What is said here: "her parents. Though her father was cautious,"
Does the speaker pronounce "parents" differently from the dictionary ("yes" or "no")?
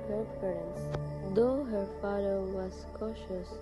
yes